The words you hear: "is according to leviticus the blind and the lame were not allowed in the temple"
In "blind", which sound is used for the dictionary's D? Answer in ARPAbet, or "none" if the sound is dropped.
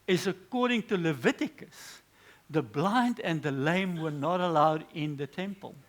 D